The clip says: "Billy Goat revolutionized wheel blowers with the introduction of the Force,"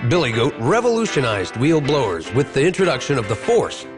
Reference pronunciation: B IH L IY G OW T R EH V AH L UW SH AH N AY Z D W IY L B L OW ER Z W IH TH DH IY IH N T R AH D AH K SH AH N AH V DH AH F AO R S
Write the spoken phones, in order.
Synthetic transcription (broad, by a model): B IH L IY G OW T R EH V AH L UW SH AH N AY Z D W IY L B L OW ER Z W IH DH IY IH N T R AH D AH K SH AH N AH V DH AH F AO R S